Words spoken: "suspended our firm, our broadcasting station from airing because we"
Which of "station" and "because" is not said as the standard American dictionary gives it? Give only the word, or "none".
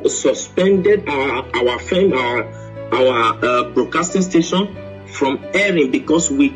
because